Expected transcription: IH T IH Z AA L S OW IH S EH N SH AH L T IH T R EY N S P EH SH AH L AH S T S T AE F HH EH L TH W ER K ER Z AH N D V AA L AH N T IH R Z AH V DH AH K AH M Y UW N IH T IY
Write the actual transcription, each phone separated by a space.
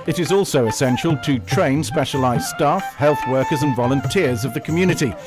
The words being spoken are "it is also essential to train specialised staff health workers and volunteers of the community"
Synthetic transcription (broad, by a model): IH T IH Z AA L S OW IH S EH N SH AH L T IH T R EY N S P EH SH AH L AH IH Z S T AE F HH EH L TH W ER K ER Z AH N V AA L AH N T IH R Z AH V DH AH K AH M Y UW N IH T IY